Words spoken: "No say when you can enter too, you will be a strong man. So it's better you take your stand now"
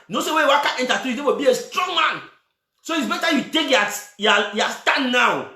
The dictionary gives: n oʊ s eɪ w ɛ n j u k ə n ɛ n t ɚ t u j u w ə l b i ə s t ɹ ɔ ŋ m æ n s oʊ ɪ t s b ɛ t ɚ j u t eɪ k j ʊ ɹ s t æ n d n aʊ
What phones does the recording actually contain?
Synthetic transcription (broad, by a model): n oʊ s eɪ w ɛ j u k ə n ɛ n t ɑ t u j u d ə w b i ə s t ɹ ɔ ŋ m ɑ n s oʊ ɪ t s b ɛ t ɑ j u t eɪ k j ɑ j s t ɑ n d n aʊ